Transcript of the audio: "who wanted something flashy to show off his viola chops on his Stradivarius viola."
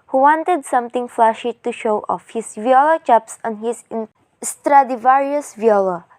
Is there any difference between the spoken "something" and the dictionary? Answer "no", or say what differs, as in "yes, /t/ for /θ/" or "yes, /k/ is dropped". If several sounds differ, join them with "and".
yes, /t/ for /θ/